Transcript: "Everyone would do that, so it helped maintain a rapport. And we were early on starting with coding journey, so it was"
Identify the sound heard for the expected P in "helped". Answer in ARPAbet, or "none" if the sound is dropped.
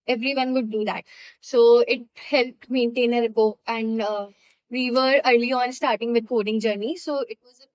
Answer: P